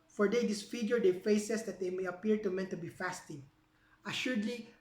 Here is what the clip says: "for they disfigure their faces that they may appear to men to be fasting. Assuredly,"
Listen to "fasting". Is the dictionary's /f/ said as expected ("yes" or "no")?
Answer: yes